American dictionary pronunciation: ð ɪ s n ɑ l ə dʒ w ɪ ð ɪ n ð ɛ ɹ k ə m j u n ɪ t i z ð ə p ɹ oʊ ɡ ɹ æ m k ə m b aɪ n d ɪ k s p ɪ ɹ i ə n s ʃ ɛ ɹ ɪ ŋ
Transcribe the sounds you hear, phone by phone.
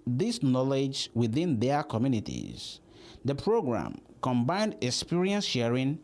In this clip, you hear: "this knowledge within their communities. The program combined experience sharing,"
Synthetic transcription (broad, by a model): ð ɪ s n ɑ l ə dʒ w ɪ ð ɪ n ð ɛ k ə m j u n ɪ t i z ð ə p ɹ oʊ ɡ ɹ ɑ m k ə m b aɪ n d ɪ k s p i ɹ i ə n s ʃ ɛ ɹ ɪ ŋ